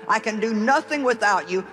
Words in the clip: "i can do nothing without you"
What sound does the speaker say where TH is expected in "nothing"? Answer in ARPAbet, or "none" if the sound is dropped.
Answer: TH